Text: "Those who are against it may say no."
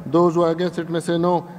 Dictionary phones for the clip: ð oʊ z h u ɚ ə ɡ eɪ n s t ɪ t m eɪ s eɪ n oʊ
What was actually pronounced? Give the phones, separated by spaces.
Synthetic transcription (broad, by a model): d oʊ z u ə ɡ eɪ s ɪ t m eɪ s eɪ n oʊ